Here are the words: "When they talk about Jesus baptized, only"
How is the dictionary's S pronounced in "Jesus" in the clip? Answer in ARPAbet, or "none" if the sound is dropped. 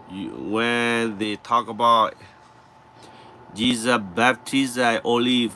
none